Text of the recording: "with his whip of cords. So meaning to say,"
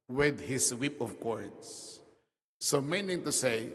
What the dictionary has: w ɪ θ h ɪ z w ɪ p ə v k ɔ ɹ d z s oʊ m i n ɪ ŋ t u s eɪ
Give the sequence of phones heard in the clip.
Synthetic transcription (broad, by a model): w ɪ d h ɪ s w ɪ p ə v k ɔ ɹ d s s oʊ m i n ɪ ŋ t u s eɪ